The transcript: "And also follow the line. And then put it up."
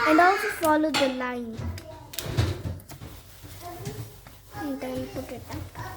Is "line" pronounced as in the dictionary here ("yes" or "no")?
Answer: no